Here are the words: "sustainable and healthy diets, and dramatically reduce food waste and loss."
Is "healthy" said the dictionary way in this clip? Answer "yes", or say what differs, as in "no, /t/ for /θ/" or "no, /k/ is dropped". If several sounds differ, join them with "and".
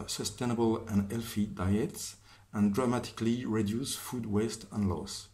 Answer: no, /f/ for /θ/